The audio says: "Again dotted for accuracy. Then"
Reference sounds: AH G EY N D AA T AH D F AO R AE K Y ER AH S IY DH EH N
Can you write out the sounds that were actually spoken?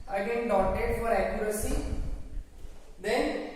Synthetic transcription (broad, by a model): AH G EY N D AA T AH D F AO R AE K Y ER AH S IY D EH N